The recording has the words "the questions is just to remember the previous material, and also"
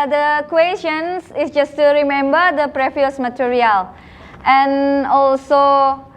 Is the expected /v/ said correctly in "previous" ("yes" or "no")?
no